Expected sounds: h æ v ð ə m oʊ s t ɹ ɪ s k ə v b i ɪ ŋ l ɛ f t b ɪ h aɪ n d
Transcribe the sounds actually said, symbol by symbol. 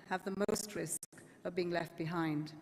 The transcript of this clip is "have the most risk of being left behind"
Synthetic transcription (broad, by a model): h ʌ v ð ə m oʊ s t ɹ ɪ s k ə v b i ɪ ŋ l ɛ f t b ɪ h aɪ n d